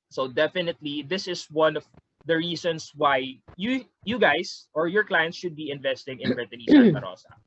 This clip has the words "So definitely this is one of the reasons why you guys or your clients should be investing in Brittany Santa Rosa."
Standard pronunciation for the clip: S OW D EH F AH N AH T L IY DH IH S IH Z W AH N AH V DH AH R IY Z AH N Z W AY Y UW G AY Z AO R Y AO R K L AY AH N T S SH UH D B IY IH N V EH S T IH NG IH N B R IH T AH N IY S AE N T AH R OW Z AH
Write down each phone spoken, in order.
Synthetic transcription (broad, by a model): S OW D EH F AH N AH T L IY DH IH S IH S W AH N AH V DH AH R IY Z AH N S W AY Y UW G AY S AO R Y AO R K L AY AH N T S SH UH D B IY IH N V EH S T IH NG IH N B R IH T AH N IY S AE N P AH R OW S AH